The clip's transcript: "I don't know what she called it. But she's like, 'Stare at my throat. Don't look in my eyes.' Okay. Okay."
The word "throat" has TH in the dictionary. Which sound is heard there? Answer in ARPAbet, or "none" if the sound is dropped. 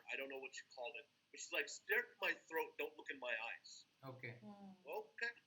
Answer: TH